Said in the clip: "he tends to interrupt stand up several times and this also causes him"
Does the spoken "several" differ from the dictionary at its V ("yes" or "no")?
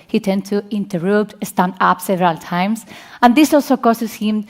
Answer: no